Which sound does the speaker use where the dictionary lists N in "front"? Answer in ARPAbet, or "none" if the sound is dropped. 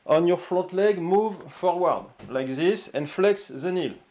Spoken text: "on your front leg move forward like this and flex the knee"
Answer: none